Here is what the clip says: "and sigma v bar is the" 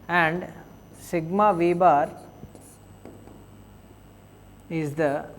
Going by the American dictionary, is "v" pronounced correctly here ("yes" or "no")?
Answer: yes